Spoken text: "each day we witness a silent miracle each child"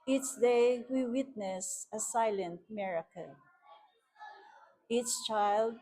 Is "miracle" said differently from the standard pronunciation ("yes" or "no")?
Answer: yes